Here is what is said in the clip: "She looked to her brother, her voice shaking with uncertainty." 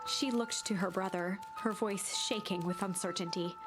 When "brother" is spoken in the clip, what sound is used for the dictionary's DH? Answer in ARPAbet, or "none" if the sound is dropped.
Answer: DH